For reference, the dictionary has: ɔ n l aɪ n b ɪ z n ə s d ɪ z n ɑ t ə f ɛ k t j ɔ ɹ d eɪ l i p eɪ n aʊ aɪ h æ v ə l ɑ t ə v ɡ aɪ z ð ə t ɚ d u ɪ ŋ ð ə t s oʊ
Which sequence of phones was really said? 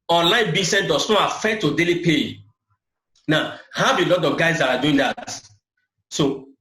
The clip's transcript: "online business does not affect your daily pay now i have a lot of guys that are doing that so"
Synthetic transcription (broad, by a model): ɔ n l aɪ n b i s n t d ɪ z n ɑ t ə f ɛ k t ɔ d eɪ l i p eɪ n aʊ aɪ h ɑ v ə l ɑ t ə v ɡ aɪ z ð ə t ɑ d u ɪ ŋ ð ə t s oʊ